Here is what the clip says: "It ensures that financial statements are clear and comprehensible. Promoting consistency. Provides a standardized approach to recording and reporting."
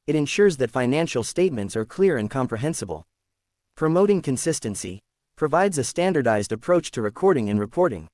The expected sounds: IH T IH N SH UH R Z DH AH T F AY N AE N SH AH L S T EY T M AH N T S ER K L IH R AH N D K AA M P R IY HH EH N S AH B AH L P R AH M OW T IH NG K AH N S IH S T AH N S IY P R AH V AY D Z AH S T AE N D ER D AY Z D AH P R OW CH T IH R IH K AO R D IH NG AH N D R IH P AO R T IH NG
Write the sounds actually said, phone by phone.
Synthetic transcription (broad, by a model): IH T IH N SH UH R Z DH AH T F AY N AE N SH L S T EY T M AH N T S ER K L IH R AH N K AA M P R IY HH EH N S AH B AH L P R AH M OW T IH NG K AH N S IH S T AH N S IY P R AH V AY D Z AH S T AE N D ER D AY Z D AH P R OW CH T IH R IH K AO R D IH NG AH N R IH P AO R T IH NG